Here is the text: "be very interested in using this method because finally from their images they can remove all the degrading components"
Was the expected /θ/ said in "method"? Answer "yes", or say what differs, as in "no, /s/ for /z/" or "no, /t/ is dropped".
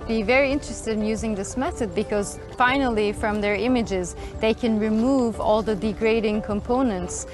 yes